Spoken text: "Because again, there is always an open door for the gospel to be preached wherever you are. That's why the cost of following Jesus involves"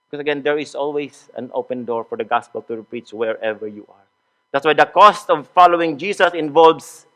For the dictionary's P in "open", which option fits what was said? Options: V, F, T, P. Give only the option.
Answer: P